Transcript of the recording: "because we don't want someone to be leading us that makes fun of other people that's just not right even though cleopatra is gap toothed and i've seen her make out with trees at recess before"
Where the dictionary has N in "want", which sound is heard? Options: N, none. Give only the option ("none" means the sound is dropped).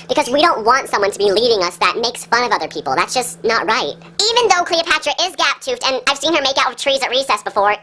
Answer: N